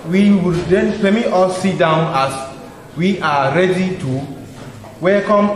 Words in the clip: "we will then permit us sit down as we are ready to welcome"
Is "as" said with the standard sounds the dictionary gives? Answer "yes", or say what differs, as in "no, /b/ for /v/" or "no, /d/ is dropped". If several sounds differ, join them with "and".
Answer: no, /s/ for /z/